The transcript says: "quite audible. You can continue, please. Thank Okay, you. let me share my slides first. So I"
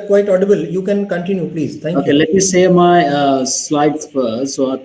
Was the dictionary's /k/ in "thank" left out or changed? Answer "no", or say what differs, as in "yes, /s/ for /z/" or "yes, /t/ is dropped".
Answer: yes, /k/ is dropped